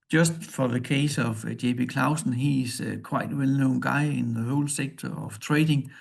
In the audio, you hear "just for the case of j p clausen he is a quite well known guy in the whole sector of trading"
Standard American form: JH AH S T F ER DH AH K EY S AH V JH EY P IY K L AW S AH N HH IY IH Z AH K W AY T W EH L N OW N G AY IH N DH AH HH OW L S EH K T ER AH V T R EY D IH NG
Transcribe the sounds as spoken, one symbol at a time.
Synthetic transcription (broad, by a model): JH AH S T F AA DH AH K EY S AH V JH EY B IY K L AW S N HH IY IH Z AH K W AY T W EH L N OW N G AY IH N DH AH HH OW L S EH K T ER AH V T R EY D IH NG